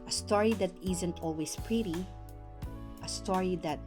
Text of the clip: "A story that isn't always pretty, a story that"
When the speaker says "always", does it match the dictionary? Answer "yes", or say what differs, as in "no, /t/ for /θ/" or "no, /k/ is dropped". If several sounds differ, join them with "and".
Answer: no, /s/ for /z/